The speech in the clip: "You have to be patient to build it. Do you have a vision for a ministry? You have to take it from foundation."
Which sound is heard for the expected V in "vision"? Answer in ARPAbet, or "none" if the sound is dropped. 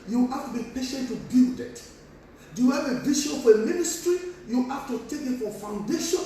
B